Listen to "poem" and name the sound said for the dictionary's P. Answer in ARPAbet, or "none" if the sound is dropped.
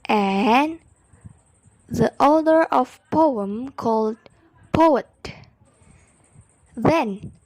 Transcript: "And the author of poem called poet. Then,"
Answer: P